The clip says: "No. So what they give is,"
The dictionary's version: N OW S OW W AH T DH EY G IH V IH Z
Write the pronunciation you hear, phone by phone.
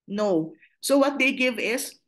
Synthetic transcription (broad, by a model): N OW S OW W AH T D EY G IH V IH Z